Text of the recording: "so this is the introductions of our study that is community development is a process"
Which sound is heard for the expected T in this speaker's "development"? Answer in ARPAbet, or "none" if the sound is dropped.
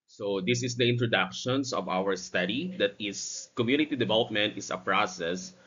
T